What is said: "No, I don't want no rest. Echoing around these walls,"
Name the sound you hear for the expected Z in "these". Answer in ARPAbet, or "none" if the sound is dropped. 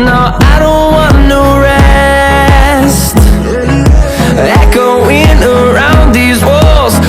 Z